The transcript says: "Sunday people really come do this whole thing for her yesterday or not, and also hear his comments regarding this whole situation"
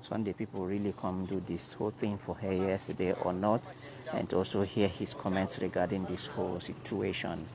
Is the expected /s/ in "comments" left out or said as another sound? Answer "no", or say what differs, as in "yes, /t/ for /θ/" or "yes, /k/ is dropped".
no